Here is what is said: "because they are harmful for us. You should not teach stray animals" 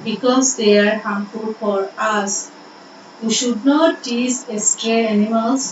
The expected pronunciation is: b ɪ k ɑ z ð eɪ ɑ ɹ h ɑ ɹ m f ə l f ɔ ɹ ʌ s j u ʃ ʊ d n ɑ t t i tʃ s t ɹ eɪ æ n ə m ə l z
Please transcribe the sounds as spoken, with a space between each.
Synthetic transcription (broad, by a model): b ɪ k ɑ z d eɪ ɑ ɹ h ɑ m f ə l f ɔ ɹ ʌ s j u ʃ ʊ d n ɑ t s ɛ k s t ɹ eɪ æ n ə m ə l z